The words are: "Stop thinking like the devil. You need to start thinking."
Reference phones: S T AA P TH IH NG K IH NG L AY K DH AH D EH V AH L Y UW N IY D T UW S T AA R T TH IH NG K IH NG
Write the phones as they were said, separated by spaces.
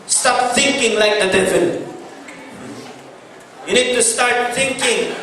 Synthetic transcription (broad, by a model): S T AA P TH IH NG K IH NG L AY K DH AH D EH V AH N Y UW N IY D T UW S T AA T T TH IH NG K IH NG